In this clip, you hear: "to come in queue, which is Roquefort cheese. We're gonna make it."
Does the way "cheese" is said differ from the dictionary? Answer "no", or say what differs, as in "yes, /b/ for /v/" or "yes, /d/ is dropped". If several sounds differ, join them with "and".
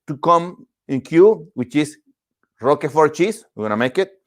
yes, /s/ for /z/